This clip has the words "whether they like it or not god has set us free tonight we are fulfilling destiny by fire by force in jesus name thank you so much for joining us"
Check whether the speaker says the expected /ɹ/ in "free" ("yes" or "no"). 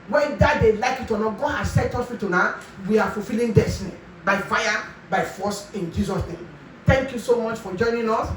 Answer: no